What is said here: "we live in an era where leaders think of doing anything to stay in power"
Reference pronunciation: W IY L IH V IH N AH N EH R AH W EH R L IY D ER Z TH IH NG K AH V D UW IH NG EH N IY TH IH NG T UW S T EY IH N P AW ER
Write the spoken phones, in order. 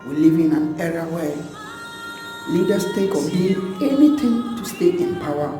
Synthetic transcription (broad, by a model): W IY L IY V IH N AH N EH R AH W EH L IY D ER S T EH K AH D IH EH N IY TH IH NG T UW S T EY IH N P AW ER